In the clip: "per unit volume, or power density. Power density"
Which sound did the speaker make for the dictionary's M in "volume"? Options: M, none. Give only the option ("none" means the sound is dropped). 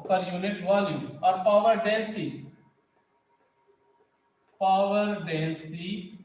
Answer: none